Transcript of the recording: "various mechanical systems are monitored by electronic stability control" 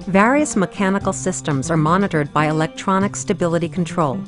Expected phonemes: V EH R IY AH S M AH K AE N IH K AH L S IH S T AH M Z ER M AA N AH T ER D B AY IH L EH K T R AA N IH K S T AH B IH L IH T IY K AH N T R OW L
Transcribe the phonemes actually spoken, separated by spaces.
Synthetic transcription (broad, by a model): V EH R IY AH S M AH K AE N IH K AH L S IH S T AH M Z ER M AA N AH T ER D B AY IH L EH K T R AA N IH K S T AH B IH L IH T IY K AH N T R OW L